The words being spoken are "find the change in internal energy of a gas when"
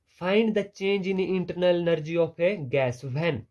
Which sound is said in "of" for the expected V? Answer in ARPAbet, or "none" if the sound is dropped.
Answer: P